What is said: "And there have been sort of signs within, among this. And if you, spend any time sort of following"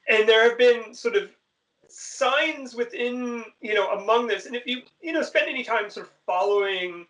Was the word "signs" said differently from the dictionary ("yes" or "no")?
no